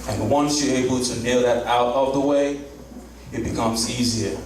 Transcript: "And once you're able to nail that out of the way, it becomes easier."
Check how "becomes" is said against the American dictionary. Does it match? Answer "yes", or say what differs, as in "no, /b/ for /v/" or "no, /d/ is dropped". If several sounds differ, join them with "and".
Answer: yes